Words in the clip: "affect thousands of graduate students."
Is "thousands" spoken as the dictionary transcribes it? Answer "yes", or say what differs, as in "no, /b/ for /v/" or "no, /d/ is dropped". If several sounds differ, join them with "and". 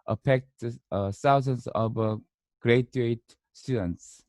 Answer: no, /s/ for /θ/